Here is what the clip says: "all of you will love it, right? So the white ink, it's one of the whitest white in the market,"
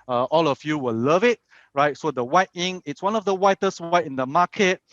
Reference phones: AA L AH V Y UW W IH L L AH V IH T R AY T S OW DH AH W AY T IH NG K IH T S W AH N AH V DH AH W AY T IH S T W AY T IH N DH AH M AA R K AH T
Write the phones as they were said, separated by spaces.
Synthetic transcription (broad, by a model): AA L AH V Y UW W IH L L AH V IH T R AY T S OW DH AH W AY T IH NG IH T S W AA N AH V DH AH W AY T IH S T W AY T IH N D AH M AA K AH T